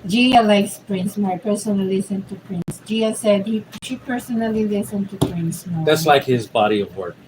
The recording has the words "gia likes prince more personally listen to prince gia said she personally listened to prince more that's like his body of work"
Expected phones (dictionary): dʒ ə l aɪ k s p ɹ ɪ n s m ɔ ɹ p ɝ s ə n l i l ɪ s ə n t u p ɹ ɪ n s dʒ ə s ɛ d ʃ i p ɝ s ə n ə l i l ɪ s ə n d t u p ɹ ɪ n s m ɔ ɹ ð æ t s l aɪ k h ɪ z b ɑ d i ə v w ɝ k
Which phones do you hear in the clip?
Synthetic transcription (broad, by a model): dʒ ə l aɪ k s p ɹ ɪ n s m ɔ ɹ p ɝ s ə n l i l ɪ s ə n t u p ɹ ɪ n s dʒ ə s ɛ d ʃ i p ɝ s ə n ə l i l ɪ s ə n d t u p ɹ ɪ n s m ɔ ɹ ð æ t s l aɪ k h ɪ z b ɑ d i ə v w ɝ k